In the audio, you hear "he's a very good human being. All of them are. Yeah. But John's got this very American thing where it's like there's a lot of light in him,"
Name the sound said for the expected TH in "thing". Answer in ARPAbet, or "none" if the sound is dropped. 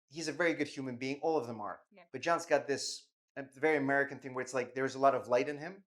TH